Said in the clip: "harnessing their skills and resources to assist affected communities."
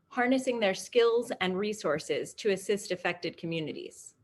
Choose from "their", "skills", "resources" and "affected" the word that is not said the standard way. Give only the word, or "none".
none